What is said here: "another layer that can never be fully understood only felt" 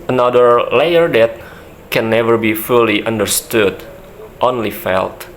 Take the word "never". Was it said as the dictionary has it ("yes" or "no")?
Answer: yes